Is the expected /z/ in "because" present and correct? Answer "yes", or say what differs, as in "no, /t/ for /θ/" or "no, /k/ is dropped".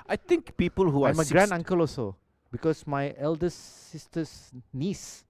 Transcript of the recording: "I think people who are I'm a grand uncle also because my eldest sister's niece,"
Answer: no, /s/ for /z/